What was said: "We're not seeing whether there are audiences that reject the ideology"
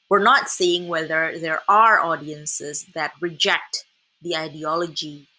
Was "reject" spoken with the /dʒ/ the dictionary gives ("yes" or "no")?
yes